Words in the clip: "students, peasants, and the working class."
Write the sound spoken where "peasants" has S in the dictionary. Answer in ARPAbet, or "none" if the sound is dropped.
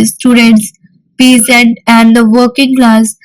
none